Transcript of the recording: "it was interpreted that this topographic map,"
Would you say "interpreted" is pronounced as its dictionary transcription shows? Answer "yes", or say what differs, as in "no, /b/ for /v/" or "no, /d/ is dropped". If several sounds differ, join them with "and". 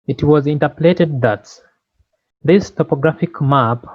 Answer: no, /l/ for /ɹ/